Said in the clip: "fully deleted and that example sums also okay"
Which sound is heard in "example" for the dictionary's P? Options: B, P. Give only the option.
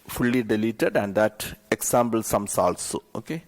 B